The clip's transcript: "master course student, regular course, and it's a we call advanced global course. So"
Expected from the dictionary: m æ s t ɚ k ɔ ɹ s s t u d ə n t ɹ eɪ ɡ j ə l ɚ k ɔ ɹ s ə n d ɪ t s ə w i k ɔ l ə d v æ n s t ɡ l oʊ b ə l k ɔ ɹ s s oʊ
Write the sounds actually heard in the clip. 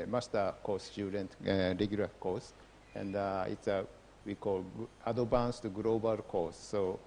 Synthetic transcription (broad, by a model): m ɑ s t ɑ k ɔ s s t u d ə n t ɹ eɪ ɡ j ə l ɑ k ɔ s ə n d ɪ t s ə w i k ɔ l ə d b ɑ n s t ɡ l oʊ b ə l k ɔ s s oʊ